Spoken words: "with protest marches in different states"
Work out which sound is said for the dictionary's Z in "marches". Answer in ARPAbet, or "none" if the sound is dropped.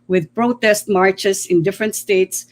S